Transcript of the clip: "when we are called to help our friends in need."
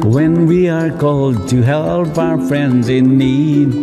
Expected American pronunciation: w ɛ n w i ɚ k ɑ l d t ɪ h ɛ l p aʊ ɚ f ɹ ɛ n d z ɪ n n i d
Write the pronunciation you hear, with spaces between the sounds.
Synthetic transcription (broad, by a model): w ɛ n w i ɚ k ɑ l d t ɪ h ɛ l p aʊ ɚ f ɹ ɛ n d z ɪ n n i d